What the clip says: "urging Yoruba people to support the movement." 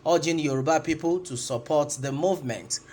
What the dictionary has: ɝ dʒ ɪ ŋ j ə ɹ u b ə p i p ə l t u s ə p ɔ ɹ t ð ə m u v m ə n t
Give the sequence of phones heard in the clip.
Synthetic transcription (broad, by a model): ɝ dʒ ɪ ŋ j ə ɹ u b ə p i p ə l t u s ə p ɔ t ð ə m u v m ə n t